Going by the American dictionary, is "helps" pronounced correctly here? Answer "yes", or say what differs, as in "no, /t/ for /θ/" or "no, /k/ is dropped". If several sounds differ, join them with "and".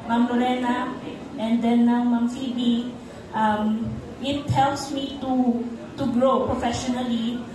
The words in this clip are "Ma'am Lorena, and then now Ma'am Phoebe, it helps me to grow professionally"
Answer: yes